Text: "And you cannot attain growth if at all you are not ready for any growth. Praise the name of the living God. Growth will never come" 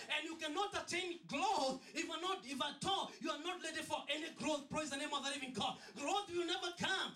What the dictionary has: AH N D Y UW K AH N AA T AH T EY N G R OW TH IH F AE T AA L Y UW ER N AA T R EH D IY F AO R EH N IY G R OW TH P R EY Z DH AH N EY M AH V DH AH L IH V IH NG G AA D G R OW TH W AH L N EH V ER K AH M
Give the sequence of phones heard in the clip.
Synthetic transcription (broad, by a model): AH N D Y UW K AH N AA T AH T EY N G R OW T IH F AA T AA L Y UW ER N AA T L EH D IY F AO R EH N IY G R OW TH P R EY Z DH AH N EY M AH V DH AH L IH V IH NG G AA D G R OW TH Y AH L N EH V ER K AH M